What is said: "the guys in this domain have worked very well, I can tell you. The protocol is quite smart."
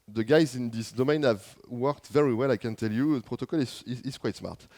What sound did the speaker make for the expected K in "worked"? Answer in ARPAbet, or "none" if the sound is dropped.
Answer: K